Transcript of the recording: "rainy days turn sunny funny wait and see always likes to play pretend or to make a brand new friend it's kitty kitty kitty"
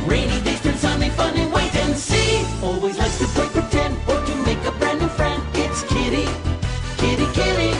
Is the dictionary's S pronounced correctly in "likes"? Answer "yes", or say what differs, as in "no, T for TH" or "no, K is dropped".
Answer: no, S is dropped